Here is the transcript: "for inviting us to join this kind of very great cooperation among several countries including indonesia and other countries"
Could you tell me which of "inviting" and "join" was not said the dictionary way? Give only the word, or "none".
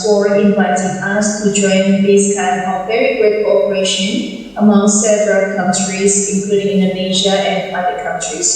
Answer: none